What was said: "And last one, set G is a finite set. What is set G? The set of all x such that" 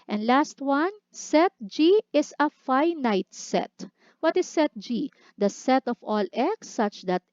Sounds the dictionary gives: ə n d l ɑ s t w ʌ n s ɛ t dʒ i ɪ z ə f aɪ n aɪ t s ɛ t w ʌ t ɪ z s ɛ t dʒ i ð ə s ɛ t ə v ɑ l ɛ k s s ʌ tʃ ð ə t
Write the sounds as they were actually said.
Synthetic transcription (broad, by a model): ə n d l ɑ s t w ʌ n s ɛ t dʒ i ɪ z ə f aɪ n aɪ t s ɛ t w ʌ t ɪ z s ɛ t dʒ i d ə s ɛ t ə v ɑ l ɛ k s s ʌ tʃ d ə t